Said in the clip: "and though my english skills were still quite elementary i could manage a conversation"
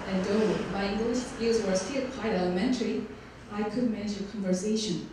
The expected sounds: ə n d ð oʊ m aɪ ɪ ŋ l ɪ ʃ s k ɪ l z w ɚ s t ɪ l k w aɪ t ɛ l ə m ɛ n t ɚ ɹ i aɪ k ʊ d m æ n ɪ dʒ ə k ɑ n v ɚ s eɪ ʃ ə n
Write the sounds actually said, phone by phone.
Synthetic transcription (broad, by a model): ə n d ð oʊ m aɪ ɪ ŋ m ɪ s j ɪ z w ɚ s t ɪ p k aɪ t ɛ l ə m ɛ n t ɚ ɹ i aɪ k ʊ d m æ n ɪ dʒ ə k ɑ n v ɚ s eɪ ʃ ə n